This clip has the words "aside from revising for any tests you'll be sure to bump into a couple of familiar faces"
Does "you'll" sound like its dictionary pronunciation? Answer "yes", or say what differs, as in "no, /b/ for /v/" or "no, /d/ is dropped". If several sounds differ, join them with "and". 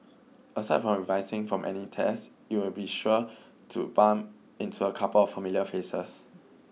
no, /w/ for /l/